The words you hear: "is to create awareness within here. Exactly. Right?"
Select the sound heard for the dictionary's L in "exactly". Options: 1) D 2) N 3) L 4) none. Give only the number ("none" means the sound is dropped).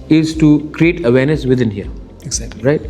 4